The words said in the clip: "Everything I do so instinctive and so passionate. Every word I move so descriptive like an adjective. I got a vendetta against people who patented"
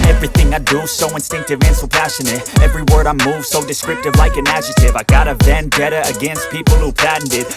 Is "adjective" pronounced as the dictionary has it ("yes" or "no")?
no